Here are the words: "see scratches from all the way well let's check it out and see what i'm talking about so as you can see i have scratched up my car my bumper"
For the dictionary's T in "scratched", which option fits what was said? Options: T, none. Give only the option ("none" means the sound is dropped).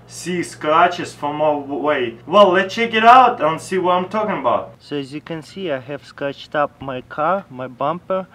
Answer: T